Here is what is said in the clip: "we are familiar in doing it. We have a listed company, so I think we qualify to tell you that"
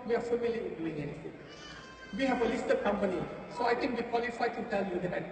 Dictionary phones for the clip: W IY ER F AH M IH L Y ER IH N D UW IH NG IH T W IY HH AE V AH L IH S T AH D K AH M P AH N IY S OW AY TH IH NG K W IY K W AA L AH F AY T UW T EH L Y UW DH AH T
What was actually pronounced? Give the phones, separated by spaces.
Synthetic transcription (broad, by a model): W IY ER F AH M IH L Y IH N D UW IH NG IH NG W IY HH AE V AH L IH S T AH K AH M P AH N IY S OW AY T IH NG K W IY K W AA L AH F AY T UW T EH L Y UW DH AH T